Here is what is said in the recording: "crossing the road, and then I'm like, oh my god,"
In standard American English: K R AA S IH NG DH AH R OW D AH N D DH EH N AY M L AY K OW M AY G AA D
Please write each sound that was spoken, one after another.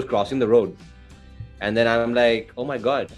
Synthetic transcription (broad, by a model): K R AA S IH NG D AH R OW D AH N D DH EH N AY M L AY K OW M AY G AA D